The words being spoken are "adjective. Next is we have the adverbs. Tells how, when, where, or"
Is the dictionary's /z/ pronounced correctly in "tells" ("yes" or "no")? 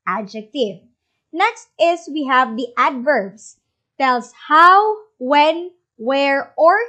no